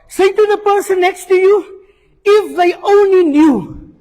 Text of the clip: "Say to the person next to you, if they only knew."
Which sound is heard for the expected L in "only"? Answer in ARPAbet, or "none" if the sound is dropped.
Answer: L